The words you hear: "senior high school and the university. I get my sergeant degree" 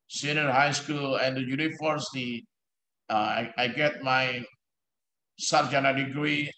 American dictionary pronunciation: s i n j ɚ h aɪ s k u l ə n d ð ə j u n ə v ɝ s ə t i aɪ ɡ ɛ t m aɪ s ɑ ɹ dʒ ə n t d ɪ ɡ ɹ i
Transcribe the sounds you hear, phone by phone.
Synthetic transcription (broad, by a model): s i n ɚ h aɪ s k u l ə n d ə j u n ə f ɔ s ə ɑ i aɪ ɡ ɛ t m aɪ s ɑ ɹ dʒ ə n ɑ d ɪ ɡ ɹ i